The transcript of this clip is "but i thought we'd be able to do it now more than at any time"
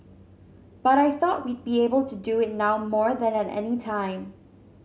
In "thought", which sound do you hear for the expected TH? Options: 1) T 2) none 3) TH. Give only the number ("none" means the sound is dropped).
3